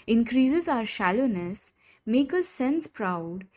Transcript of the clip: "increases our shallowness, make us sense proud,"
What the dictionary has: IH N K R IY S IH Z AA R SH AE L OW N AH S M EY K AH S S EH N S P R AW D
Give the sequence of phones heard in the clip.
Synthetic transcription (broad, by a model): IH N K R IY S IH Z AA R SH AE L OW N AH S M EY K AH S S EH N S P R AW D